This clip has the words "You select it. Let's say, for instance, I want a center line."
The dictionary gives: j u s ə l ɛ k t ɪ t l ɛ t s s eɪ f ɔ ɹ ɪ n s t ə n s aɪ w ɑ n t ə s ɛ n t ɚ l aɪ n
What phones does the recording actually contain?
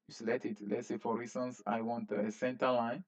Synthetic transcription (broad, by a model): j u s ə l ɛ t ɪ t l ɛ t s s eɪ f ɔ ɹ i s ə n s aɪ w ɑ n t ə s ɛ n t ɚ l aɪ n